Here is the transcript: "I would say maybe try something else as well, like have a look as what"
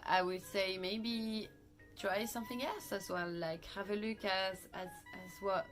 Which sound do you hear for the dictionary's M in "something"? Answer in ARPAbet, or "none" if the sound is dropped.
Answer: M